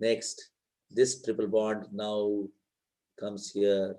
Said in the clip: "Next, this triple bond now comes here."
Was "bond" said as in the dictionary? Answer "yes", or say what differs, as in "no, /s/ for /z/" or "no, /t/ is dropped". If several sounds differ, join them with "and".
no, /n/ is dropped